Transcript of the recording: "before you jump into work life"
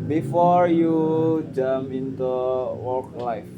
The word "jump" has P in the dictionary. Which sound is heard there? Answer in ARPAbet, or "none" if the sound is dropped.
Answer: none